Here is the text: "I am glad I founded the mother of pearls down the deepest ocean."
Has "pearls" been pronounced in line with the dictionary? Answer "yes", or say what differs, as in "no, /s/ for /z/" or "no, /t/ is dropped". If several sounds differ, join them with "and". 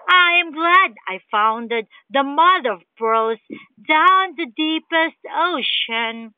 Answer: no, /b/ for /p/